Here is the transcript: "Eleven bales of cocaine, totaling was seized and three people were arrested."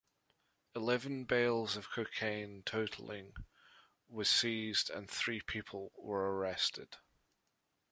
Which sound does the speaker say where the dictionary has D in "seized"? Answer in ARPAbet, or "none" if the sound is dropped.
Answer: D